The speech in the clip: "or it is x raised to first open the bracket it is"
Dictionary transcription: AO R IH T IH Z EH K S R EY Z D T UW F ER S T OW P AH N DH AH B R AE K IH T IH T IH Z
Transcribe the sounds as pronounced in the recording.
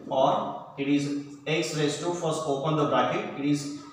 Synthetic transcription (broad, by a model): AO R IH T IH Z EH K S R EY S T UW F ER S OW P AH N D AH B R AE K IH T IH T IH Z